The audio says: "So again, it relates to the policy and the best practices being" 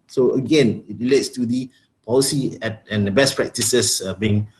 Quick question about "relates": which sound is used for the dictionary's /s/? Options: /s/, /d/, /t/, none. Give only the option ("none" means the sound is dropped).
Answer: /s/